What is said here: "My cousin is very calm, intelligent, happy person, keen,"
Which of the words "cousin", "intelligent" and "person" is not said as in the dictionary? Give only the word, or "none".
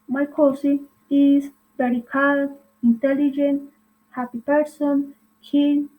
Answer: cousin